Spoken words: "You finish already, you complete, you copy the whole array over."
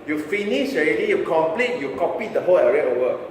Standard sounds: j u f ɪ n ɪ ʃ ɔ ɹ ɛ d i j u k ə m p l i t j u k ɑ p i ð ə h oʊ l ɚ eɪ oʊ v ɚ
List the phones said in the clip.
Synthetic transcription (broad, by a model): j u f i n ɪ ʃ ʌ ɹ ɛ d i j u k ə m p l i t j u k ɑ p i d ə h oʊ l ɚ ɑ oʊ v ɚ